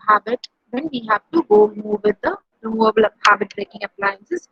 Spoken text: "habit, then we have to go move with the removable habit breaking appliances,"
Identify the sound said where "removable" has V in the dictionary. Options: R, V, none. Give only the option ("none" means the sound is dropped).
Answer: none